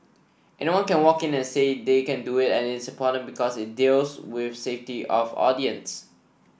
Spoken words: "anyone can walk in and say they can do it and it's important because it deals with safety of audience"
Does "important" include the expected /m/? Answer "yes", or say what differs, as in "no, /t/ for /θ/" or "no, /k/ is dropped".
no, /m/ is dropped